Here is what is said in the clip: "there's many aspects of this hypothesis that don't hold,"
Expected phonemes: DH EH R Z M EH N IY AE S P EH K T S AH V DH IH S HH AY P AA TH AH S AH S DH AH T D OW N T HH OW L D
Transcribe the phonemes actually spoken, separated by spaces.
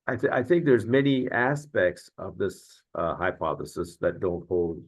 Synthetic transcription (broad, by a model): DH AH R Z M EH N IY AE S P EH K T S AH V DH IH S HH AY P AA TH AH S AH S DH AH T D OW N T HH OW L D